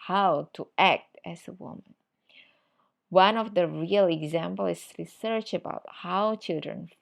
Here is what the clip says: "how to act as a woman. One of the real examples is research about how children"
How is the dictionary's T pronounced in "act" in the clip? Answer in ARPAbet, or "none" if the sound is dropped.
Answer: T